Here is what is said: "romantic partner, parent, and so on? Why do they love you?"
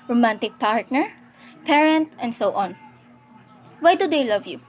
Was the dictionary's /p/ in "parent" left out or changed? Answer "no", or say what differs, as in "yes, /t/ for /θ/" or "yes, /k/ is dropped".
no